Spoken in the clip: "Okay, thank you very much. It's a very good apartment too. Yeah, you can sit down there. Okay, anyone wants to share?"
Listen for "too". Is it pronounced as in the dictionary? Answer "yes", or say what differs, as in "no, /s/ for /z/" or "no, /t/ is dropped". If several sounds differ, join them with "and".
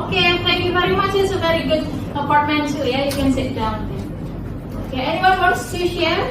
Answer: no, /s/ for /t/